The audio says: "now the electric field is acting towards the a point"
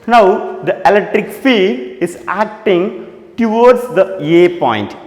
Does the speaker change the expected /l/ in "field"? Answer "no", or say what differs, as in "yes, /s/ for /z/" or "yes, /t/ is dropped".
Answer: yes, /l/ is dropped